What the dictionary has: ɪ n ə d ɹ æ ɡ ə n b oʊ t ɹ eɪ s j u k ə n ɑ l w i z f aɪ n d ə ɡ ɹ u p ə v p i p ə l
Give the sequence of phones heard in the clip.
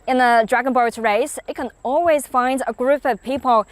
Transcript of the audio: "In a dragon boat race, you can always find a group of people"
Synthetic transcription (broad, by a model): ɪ n ə d ɹ æ ɡ ə n b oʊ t ɹ eɪ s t k ə n ɑ l w i z f aɪ n d ə ɡ ɹ u p ə v p i p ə l